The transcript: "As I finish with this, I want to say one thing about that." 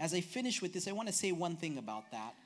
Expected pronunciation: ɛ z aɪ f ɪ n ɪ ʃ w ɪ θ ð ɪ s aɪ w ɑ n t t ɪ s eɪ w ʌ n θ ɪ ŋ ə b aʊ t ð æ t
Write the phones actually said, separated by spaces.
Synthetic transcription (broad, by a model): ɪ z aɪ f ɪ n ɪ ʃ w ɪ ð ɪ s aɪ w ɑ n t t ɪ s eɪ w ʌ n θ ɪ ŋ ə b aʊ t ð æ t